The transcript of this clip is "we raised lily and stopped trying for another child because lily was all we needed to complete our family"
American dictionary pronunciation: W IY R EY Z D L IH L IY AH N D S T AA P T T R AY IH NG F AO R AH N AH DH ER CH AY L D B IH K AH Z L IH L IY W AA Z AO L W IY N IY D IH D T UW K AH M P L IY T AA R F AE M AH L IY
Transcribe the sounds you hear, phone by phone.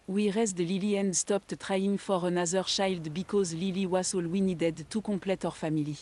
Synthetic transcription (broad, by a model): W IY R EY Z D L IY L IY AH N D S T AA P T T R AY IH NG F AO R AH N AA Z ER SH AY L D B IH K AH Z L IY L IY W AA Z AO L W IY N IY D IH D T UW K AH P L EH T AA R F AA M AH L IY